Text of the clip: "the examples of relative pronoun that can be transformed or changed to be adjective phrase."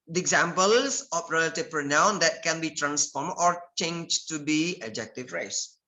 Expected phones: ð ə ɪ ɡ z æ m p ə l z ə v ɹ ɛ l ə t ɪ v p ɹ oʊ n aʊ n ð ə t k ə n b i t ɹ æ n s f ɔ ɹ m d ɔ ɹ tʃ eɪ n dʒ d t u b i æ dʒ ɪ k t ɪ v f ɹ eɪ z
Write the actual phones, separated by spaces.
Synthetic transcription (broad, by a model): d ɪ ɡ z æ m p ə l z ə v ɹ ɛ l ə t ɪ v p ɹ oʊ n aʊ n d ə t k ə n b i t ɹ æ n s f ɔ ɹ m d ɔ ɹ tʃ eɪ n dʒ t u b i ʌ dʒ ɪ k t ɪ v ɹ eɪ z